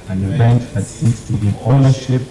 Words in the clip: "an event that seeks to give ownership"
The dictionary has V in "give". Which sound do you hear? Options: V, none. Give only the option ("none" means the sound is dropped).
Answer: none